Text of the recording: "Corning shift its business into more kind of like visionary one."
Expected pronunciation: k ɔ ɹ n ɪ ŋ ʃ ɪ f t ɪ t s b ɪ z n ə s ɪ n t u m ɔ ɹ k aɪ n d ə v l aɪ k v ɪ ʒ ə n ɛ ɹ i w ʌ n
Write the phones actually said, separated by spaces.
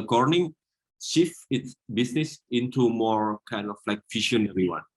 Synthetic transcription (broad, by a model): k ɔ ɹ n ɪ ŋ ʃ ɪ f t ɪ t s b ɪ s n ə s ɪ n t u m ɔ ɹ k aɪ n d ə f l aɪ k f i ʃ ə n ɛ ɹ i w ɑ n